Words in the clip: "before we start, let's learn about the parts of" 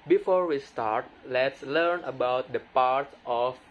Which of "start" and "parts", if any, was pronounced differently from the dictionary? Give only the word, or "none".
parts